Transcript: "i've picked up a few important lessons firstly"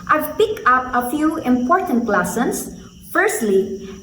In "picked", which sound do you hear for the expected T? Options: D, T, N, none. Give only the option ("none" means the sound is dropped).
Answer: none